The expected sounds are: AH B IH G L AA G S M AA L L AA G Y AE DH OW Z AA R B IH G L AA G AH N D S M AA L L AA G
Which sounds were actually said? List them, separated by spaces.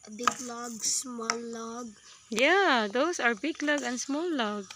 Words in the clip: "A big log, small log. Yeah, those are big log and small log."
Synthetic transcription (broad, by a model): B IH G L AA G S M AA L L AA G Y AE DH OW S AA R B IH G L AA G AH N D S M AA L L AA G